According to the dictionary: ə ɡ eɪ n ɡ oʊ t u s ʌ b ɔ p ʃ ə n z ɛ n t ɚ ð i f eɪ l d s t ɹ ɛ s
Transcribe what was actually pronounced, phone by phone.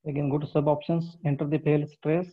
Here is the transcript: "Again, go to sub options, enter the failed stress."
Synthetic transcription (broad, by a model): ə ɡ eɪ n ɡ oʊ t u s ʌ b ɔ p ʃ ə n s ɛ n t ɚ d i p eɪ l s t ɹ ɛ s